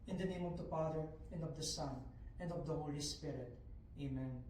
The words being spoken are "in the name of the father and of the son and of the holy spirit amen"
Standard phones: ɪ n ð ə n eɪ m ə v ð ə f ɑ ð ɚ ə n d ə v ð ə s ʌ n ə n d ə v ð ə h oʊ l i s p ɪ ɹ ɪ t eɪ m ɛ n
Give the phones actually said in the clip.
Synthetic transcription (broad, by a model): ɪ n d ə n eɪ m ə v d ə p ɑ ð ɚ ə n d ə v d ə s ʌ n ə n d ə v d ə h oʊ l i s p ɪ ɹ ɪ t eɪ m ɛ n